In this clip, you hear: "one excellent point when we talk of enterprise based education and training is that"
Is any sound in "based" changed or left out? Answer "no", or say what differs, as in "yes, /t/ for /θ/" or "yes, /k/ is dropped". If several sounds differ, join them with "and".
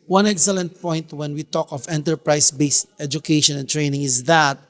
no